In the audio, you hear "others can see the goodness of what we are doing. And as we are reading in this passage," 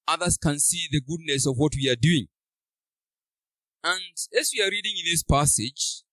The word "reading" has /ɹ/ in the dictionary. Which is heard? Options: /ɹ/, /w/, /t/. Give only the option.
/ɹ/